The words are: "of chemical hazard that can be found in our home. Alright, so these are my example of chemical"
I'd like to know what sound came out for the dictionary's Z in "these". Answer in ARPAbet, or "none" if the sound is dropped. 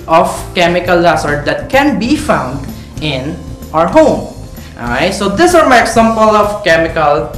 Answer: S